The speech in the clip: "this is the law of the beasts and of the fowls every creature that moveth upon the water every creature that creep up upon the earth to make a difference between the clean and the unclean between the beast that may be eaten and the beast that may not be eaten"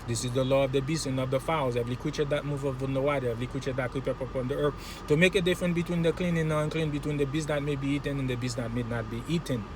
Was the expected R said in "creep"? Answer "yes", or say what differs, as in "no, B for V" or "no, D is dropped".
no, R is dropped